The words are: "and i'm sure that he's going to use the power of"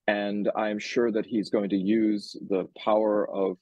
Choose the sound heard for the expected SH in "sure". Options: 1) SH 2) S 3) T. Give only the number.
1